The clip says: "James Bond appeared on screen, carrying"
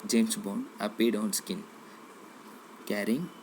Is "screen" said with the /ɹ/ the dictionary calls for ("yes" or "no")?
no